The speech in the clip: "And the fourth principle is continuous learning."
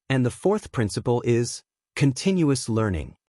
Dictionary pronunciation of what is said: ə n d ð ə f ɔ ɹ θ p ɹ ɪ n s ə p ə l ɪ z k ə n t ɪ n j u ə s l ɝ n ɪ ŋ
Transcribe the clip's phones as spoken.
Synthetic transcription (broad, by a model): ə n ð ə f ɔ ɹ θ p ɹ ɪ n s ə p ə l ɪ z k ə n t ɪ n j u ə s l ɝ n ɪ ŋ